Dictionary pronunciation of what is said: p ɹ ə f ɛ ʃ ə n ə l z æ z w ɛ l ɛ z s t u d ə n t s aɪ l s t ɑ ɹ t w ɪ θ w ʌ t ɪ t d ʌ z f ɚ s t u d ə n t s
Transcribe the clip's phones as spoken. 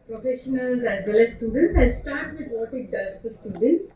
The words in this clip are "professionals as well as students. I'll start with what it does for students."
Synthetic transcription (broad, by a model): p ɹ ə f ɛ ʃ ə n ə l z æ z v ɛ l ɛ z s t u d ə n t s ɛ n s t ɑ ɹ t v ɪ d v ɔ t ɪ t d ʌ z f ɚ s t u d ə n t s